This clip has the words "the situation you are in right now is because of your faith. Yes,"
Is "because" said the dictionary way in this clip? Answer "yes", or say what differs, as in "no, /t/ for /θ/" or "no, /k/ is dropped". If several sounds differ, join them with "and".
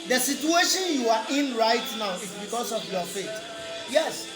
no, /s/ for /z/